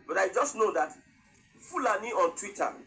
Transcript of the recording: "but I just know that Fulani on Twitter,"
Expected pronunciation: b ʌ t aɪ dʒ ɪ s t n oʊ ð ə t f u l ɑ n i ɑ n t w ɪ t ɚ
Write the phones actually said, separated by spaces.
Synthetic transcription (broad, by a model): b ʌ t aɪ dʒ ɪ s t n oʊ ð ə t f u l ɑ n i ɑ n t w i t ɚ